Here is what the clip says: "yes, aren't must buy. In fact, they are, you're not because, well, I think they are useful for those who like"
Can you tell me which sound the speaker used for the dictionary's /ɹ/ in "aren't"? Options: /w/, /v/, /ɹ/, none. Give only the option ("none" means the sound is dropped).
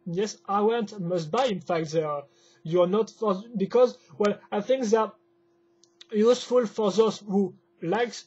/w/